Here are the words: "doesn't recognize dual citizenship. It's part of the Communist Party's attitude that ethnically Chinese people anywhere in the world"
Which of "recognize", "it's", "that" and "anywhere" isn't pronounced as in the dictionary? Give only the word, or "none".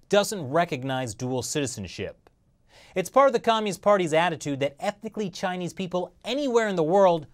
none